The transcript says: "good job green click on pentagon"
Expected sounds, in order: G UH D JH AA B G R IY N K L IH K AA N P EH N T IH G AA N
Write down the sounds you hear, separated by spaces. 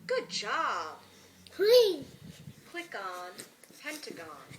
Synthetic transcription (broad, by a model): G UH D JH AA B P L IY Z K W IH K AA N P EH N T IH G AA N